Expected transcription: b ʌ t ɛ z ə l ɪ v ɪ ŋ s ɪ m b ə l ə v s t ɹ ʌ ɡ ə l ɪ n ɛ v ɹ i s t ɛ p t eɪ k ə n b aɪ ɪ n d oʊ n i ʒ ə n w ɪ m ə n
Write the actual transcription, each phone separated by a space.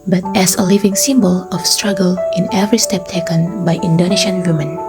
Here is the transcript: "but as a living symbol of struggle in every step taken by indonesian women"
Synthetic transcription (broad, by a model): b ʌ t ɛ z ə l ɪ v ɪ ŋ s ɪ m b ə l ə f s t ɹ ʌ ɡ ə l ɪ n ɛ v ɹ i s t ɛ p t eɪ k ə n b aɪ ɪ n d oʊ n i ʃ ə n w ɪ m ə n